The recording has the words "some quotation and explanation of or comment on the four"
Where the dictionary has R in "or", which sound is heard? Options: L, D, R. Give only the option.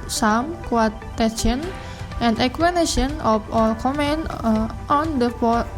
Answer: L